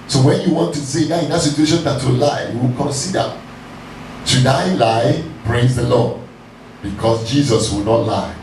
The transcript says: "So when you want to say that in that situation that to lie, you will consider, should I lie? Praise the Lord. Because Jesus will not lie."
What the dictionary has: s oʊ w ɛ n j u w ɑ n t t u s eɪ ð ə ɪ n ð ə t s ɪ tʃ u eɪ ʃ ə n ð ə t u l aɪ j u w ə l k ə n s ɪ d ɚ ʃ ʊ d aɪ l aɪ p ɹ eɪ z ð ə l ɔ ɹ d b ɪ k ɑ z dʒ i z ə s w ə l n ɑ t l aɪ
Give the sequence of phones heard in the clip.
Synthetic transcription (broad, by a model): s oʊ w ɛ n j u w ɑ n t t u s eɪ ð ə ɪ n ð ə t s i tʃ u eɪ ʃ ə n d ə t u l aɪ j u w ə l k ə n s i d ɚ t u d aɪ l aɪ p ɹ eɪ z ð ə l ɔ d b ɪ k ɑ s dʒ i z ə s w ə l n ɑ t l aɪ